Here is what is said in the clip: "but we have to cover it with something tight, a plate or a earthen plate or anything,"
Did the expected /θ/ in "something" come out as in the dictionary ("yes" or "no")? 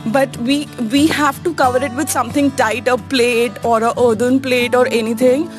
no